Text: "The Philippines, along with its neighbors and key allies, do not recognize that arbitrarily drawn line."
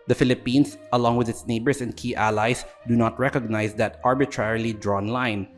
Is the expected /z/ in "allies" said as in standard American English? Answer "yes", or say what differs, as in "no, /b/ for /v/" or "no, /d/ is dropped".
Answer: no, /s/ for /z/